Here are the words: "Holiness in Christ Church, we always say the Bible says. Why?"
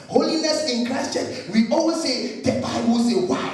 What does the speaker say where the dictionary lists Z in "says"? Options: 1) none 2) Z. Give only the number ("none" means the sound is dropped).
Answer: 1